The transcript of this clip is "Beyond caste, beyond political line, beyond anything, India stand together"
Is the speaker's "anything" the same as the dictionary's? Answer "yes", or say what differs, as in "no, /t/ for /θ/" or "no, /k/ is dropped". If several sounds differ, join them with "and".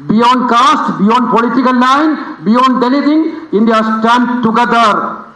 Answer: no, /l/ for /n/ and /t/ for /θ/